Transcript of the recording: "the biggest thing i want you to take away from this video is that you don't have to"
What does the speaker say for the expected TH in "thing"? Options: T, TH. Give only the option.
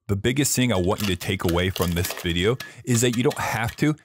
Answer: TH